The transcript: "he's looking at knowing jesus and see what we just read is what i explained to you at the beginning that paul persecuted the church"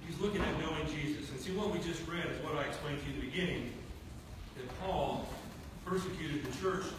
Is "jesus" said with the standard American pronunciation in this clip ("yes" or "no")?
yes